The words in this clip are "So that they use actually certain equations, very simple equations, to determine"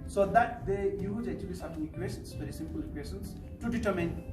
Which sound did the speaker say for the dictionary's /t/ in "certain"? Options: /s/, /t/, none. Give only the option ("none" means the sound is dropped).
/s/